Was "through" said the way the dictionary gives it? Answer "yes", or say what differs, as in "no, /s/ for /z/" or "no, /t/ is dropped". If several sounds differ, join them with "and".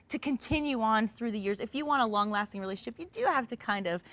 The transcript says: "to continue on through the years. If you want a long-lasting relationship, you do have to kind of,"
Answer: yes